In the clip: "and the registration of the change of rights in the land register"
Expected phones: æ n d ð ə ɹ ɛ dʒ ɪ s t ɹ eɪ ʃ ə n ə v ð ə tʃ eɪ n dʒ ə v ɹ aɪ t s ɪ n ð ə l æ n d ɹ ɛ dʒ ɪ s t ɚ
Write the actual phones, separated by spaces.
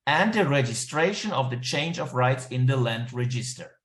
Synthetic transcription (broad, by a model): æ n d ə ɹ ɛ dʒ ɪ s t ɹ eɪ ʃ ə n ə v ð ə tʃ eɪ n dʒ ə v ɹ aɪ t s ɪ n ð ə l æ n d ɹ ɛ dʒ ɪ s t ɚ